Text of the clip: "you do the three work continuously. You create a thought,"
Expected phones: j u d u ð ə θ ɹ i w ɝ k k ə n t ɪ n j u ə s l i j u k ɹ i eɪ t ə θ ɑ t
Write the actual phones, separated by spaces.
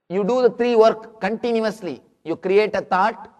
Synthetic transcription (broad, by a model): j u d u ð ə t ɹ i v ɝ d k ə n t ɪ n j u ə s l i j u k ɹ i eɪ t ə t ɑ t